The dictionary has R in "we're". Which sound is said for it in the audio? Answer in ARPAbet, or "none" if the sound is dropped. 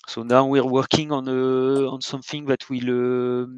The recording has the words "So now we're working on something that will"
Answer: R